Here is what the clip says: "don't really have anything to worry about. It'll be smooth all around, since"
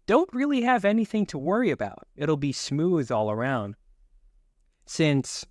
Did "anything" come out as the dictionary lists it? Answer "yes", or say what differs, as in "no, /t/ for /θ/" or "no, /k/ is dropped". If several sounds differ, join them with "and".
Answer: yes